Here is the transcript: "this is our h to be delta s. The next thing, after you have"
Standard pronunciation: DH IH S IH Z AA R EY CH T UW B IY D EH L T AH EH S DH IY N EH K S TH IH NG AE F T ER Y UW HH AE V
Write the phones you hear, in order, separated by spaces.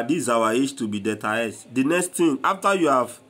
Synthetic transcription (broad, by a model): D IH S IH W AA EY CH T UW B IY D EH T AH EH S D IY N EH K S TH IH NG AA F T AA Y UW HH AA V